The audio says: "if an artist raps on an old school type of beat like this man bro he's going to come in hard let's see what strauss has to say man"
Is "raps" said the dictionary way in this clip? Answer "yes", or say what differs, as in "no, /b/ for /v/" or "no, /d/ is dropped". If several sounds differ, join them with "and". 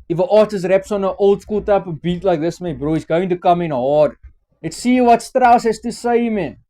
yes